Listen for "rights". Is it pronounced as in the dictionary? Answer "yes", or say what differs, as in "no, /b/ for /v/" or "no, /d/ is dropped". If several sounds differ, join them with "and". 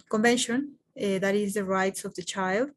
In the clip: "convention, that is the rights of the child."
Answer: yes